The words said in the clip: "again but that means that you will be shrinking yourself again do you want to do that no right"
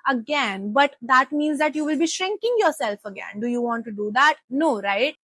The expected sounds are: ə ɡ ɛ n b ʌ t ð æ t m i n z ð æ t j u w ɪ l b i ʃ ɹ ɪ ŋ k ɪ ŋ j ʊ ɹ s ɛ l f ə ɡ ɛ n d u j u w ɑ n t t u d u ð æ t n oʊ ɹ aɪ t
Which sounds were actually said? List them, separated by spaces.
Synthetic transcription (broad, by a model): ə ɡ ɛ n b ʌ t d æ t m i n z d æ t j u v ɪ l b i ʃ ɹ ɪ ŋ k ɪ ŋ j ʊ ɹ s ɛ l f ə ɡ ɛ n d u j u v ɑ n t t u d u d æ t n oʊ ɹ aɪ t